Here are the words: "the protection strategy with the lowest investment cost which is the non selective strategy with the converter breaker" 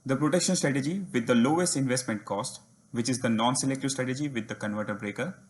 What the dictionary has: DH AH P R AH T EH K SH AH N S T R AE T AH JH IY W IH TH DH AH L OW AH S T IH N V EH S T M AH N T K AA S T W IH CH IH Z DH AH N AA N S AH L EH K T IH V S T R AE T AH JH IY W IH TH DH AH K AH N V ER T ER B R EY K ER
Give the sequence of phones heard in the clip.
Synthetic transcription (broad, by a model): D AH P R AH T EH K SH AH N S T R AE T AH JH IY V IH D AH L OW AH S T IH N V EH S T M AH N T K AA S T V IH CH IH Z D AH N AA N S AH L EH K T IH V S T R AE T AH JH IY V IH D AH K AH N V ER T ER B R EY K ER